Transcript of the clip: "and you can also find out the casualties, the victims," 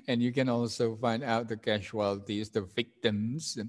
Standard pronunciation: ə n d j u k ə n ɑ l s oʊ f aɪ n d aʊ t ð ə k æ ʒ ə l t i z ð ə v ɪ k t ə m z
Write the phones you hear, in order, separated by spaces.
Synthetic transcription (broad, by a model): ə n j u k ə n ɑ l s oʊ f aɪ n d aʊ t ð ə k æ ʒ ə l t i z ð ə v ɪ k t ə m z